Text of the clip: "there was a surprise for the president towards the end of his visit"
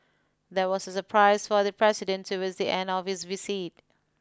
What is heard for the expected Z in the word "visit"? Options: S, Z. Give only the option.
S